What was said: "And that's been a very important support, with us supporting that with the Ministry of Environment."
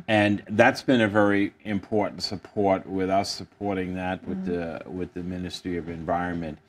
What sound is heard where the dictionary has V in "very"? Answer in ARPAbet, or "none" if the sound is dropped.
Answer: V